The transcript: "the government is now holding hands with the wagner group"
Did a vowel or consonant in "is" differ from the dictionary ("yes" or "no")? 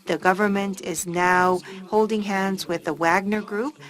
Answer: no